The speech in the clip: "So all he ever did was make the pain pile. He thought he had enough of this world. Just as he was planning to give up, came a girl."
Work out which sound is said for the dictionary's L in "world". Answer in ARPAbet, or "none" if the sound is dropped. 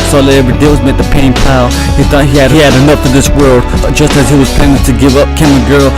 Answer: L